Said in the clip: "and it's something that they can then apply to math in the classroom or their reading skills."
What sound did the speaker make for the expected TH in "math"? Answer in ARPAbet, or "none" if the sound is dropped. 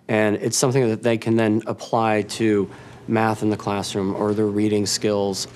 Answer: TH